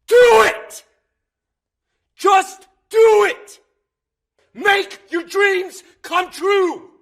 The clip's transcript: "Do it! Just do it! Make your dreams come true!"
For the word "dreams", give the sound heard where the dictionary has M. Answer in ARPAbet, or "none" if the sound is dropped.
M